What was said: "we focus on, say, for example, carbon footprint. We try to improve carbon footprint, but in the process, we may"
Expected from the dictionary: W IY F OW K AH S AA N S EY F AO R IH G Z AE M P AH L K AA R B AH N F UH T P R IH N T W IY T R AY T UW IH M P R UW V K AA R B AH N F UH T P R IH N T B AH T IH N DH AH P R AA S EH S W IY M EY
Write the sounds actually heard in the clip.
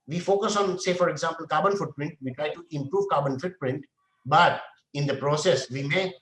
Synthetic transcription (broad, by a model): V IY F OW K AH S AA N S EY F AO R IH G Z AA M P AH L K AA R B AH N F UH T P R IH N T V IY T R AY T UW IH M P R UW V K AA R B AH N F UH T P R IH N T B AH T IH N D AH P R AA S EH S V IY M EY